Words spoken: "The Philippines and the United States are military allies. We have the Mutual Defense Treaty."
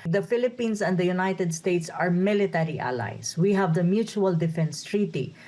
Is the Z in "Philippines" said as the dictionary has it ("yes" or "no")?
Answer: no